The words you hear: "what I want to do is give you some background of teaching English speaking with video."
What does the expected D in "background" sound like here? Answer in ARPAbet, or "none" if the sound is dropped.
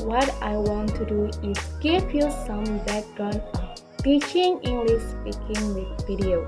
none